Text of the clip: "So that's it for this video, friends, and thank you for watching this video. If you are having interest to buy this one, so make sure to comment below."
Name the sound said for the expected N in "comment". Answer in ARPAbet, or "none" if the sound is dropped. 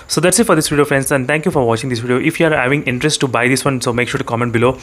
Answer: N